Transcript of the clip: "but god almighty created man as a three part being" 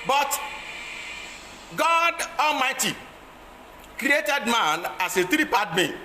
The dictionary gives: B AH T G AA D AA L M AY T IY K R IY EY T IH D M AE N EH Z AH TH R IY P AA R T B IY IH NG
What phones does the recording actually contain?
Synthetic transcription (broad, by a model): B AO T G AA D AA L M AY T IY K R IY EY T IH D M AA N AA S AH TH R IY P AA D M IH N